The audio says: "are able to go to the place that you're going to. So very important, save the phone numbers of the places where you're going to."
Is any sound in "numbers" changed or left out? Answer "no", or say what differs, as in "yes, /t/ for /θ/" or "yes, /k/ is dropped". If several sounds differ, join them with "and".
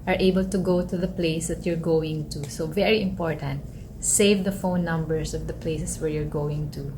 yes, /s/ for /z/